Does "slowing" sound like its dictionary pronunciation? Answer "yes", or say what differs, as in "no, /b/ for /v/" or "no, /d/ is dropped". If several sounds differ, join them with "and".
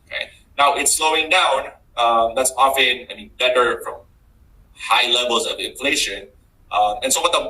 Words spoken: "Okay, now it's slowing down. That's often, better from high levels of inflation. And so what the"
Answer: yes